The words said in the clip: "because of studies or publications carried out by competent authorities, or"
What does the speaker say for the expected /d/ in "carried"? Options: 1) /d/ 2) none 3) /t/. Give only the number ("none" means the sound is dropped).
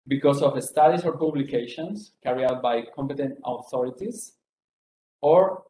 2